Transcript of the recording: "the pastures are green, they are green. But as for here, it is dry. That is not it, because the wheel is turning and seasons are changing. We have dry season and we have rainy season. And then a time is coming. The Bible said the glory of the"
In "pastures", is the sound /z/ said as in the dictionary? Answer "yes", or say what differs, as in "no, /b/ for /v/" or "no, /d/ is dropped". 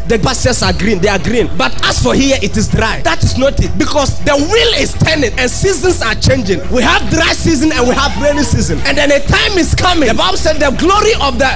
no, /s/ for /z/